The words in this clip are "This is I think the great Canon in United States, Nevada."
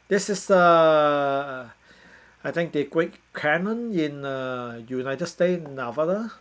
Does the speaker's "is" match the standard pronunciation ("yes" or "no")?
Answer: no